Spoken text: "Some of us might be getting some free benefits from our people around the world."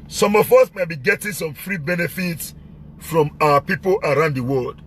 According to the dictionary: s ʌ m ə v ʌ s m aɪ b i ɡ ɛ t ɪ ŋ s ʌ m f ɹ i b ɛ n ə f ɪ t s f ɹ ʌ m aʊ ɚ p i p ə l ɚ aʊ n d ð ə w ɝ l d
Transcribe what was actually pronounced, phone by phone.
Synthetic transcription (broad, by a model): s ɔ m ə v ʌ s m aɪ b i ɡ ɛ t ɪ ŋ s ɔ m f ɹ i b ɛ n ə f ɪ t s f ɹ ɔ m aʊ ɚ p i p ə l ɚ aʊ n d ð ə w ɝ l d